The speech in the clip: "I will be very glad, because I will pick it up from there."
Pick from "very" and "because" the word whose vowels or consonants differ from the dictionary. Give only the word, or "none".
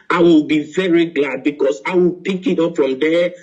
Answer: because